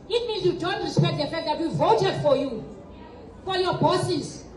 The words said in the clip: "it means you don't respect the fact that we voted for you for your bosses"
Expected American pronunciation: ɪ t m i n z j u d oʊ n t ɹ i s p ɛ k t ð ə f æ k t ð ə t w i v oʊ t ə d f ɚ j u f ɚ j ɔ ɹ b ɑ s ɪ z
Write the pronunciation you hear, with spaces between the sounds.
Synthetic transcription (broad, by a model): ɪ t m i n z j u d oʊ n t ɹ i s p ɛ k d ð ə f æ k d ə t w i v oʊ t ə d f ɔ j u f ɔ j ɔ b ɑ s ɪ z